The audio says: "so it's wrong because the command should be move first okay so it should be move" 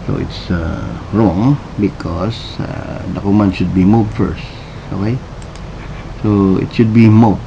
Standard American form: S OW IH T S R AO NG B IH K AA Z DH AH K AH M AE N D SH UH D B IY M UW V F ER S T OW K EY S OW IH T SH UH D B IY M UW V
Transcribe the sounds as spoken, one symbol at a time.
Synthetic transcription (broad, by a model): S OW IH T S R AO NG B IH K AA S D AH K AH M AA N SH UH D B IY M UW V F ER S T OW K EY S OW IH T SH UH D B IY M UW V